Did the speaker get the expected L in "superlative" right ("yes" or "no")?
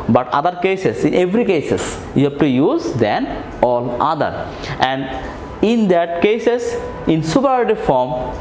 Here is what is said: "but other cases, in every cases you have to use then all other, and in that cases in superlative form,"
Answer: no